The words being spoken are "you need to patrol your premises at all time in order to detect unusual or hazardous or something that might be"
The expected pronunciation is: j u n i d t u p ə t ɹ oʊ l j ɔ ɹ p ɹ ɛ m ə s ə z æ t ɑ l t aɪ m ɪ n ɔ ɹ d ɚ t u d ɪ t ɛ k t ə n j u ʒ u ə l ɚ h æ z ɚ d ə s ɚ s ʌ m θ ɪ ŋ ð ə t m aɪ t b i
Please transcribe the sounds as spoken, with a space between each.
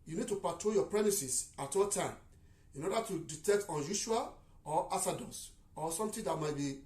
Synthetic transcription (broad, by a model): j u n i d t u p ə t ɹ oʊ j ɔ p ɹ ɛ m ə s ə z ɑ t ɑ l t aɪ m ɪ n ɔ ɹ d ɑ t u d ɪ t ɛ k t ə n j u ʃ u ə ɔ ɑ s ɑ d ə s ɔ s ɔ m t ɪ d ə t m aɪ t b i